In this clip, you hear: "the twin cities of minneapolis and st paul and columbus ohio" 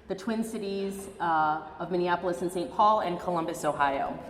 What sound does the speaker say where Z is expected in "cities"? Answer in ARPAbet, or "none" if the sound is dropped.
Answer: Z